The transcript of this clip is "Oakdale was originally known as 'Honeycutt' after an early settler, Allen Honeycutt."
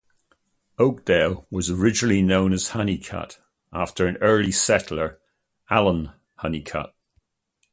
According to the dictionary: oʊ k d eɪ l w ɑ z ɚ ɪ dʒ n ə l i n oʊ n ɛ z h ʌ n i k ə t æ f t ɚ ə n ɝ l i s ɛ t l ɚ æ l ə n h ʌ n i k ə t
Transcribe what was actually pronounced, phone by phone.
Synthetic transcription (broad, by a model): oʊ k d eɪ l w ɑ z ɚ ɪ dʒ n ə l i n oʊ n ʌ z h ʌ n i k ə t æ f t ɚ ə n ɝ l i s ɛ t l ɚ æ l ə n h ʌ n i k ə t